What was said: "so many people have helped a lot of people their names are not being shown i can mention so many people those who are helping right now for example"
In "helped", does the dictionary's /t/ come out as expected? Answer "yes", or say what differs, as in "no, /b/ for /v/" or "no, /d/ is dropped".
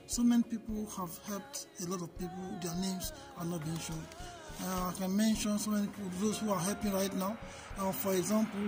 yes